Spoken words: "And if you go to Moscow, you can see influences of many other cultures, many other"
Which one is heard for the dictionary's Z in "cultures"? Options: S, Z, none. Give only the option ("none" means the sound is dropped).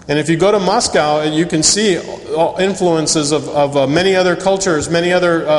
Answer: Z